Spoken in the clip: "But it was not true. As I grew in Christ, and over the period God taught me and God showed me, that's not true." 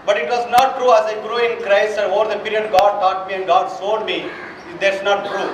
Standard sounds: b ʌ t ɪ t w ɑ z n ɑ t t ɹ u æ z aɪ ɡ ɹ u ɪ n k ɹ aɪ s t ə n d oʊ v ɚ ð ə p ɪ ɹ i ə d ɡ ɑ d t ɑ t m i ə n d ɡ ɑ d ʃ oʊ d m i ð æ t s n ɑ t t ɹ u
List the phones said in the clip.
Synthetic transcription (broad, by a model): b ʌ t ɪ t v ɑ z n ɑ t t ɹ u æ z aɪ ɡ ɹ u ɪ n k ɹ aɪ s t ə n d oʊ v ɚ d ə p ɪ ɹ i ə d ɡ ɑ d t ɑ t m i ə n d ɡ ɑ d s oʊ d m i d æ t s n ɑ t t ɹ u